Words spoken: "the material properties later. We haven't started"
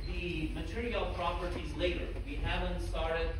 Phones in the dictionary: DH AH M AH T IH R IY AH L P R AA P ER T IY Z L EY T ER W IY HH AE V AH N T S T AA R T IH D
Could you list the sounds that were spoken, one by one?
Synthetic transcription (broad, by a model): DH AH M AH T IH R IY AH L P R AA P ER T IY Z L EY T ER W IY HH AE V AH N T S T AA R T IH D